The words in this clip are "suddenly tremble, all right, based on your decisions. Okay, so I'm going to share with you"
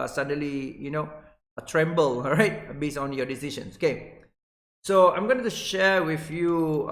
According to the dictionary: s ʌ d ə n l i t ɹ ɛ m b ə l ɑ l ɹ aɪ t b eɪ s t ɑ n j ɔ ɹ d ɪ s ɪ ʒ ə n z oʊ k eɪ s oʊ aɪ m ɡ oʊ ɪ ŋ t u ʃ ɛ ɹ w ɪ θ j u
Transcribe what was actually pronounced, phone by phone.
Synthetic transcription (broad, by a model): s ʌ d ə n l i t ɹ ɛ m b ə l l ɹ aɪ t b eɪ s ɑ n j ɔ d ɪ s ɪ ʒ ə n s oʊ k eɪ s oʊ aɪ m ɡ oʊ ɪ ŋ t u ʃ ɛ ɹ w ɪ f j u